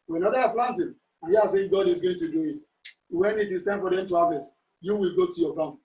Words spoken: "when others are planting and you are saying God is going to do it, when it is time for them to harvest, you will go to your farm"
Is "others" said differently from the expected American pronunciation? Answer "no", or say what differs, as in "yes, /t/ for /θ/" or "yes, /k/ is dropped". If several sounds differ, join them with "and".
yes, /z/ is dropped